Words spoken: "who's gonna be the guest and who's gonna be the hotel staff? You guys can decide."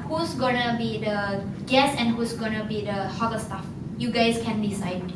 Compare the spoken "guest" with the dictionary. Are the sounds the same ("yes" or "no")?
no